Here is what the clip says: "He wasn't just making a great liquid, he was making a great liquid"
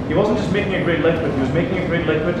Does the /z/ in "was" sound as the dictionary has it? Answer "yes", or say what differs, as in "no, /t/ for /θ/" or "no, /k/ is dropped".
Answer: yes